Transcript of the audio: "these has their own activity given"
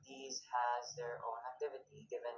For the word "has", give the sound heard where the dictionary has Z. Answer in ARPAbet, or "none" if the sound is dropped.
Z